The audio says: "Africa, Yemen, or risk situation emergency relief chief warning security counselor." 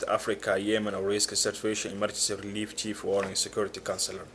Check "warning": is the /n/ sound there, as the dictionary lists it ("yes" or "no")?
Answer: no